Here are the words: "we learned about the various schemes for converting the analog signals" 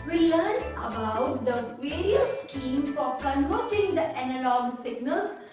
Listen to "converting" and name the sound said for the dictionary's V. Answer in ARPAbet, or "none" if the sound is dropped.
none